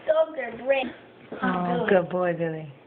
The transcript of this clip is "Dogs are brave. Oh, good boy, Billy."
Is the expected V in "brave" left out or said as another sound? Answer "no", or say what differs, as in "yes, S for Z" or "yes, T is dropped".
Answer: yes, V is dropped